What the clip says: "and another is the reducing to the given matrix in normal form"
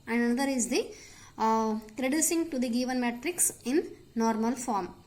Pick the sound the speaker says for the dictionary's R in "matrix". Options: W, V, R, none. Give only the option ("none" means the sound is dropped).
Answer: R